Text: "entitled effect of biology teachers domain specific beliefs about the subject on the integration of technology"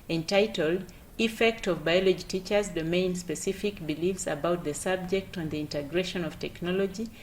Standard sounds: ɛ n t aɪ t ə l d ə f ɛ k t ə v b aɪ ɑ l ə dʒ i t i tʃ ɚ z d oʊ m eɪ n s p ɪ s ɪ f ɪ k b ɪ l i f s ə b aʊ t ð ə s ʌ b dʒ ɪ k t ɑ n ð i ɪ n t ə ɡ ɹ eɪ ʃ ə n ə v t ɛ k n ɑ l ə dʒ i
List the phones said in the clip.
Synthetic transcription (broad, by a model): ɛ n t aɪ t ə l d ə f ɛ k t ə v b aɪ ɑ l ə dʒ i t i tʃ ɚ z d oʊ m eɪ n s p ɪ s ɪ f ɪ k b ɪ l i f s ə b aʊ t ð ə s ʌ b dʒ ɪ k t ɑ n ð i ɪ n t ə ɡ ɹ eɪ ʃ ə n ə v t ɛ k n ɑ l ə dʒ i